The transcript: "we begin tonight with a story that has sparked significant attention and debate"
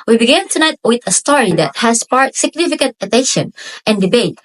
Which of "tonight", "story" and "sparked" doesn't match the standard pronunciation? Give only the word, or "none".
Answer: sparked